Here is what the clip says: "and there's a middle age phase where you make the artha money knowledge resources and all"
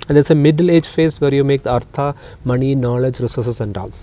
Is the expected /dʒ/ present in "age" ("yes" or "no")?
yes